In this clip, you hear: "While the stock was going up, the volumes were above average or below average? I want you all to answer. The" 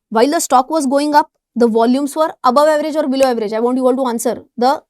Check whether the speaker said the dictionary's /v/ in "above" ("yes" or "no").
yes